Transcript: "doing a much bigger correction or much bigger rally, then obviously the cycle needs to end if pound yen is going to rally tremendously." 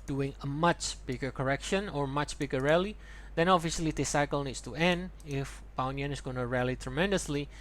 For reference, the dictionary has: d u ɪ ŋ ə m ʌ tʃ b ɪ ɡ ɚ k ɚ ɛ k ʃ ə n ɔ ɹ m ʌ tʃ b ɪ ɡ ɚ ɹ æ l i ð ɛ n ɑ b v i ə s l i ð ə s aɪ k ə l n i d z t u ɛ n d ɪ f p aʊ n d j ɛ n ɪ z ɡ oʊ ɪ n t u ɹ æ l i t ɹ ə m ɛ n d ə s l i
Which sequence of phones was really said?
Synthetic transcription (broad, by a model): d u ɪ ŋ ə m ʌ tʃ b ɪ ɡ ɚ k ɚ ɛ k ʃ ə n ɔ ɹ m ʌ tʃ b ɪ ɡ ɚ ɹ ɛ l i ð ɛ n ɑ v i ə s l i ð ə s aɪ k ə l n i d s t u ɛ n d ɪ f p aʊ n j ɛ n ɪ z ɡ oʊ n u ɹ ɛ l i t ɹ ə m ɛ n d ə s l i